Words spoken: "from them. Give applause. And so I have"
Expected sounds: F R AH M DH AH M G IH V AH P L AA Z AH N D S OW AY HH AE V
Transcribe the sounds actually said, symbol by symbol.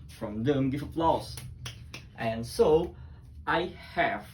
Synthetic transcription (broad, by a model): F R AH M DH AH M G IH F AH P L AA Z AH N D S OW AY HH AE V